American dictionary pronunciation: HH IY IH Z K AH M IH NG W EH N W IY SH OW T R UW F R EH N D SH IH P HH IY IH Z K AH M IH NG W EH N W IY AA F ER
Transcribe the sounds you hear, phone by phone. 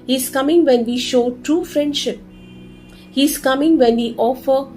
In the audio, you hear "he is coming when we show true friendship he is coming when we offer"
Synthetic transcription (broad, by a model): HH IY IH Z K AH M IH NG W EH N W IY SH OW T R UW F R EH N D SH IH P HH IY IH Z K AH M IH NG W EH N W IY AA F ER